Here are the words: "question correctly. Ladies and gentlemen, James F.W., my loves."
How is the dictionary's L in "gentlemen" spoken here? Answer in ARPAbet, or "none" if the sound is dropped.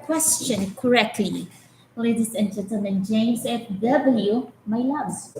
N